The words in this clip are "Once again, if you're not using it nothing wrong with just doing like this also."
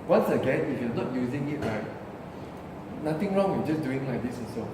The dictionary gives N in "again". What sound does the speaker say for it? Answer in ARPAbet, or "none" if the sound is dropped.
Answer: N